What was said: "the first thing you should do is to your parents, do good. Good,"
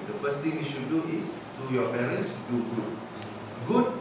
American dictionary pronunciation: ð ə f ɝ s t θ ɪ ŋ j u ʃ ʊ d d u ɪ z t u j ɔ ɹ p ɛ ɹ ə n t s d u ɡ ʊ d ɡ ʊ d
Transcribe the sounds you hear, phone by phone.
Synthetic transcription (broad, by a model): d ə f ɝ s t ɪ ŋ j u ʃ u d d u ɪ s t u j ɔ p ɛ ɹ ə n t s d u ɡ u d ɡ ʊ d